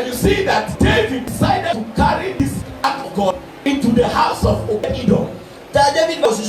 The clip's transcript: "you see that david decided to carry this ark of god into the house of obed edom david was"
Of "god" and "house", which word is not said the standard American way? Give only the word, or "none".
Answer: god